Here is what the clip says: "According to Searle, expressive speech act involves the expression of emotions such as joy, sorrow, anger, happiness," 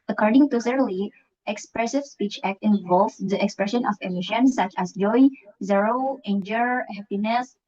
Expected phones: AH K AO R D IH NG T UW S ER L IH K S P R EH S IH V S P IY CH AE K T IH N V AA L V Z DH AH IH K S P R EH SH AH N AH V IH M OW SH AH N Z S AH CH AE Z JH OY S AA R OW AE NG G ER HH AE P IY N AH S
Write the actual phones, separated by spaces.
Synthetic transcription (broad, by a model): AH K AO R D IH NG T UW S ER L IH K S P R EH S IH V S P IY CH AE K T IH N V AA L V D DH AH IH K S P R EH SH AH N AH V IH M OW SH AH N S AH CH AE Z JH OY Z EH R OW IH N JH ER HH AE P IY N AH S